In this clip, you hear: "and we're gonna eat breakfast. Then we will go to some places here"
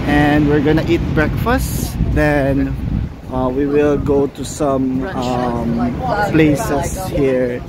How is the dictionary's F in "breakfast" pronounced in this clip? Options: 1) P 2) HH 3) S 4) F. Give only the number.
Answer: 4